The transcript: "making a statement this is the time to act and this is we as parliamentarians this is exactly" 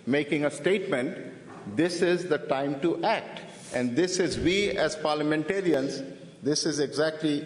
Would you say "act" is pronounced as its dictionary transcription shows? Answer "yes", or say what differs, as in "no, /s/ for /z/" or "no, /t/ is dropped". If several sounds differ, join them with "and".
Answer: yes